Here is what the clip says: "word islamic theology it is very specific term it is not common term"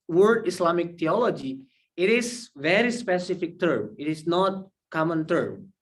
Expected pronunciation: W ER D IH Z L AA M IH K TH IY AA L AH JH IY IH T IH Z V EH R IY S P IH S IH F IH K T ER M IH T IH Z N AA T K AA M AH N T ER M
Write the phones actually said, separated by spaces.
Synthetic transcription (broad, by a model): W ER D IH S L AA M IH K T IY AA L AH JH IY IH T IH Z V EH R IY S P IH S IH F IH K T ER M IH T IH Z N AA T K AA M AH N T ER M